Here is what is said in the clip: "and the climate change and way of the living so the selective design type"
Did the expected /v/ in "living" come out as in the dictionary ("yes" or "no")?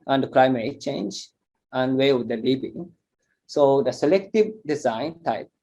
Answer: no